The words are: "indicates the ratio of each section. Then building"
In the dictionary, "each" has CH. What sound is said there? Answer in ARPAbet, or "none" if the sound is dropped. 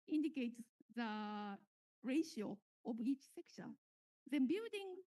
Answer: CH